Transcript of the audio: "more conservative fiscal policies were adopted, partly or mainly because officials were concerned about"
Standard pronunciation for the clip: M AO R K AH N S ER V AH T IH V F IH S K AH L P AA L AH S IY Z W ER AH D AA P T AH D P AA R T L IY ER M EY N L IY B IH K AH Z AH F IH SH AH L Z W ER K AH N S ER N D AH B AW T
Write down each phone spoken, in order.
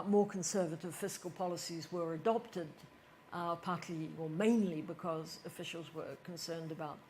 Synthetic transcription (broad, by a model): M AO R K AH N S ER V AH T IH V F IH S K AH L P AA L AH S IY Z W ER AH D AA P T AH D P AA R T L IY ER M EY N L IY B IH K AH Z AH F IH SH L Z W ER K AH N S ER N D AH B AW T